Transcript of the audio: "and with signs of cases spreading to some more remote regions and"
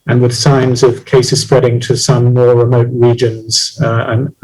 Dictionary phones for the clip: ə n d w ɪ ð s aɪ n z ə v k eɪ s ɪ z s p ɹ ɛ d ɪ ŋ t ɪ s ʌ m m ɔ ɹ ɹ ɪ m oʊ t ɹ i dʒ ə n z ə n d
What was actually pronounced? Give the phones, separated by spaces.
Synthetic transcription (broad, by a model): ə n w ɪ ð s aɪ n z ə v k eɪ s ɪ z s p ɹ ɛ d ɪ ŋ t ɪ s ʌ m m ɔ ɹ ɹ ɪ m oʊ t ɹ i dʒ ə n z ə n